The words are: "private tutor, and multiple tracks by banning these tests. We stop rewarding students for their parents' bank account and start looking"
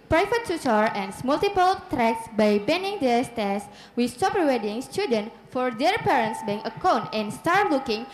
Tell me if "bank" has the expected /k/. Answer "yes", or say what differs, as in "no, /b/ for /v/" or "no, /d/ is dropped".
no, /k/ is dropped